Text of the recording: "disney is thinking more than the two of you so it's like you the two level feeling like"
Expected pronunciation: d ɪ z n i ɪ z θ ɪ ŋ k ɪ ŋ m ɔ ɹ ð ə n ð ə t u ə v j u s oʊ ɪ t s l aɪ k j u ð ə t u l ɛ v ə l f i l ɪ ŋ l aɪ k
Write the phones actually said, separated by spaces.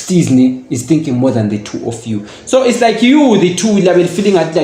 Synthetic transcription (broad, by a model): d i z n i ɪ z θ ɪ ŋ k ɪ ŋ m ɔ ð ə n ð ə t u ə f j u s oʊ ɪ t s l aɪ k j u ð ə t u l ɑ b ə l f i l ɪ ŋ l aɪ